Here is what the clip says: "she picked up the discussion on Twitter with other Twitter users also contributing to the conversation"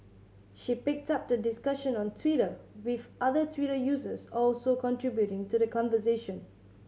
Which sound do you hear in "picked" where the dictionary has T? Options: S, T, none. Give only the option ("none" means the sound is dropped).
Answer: T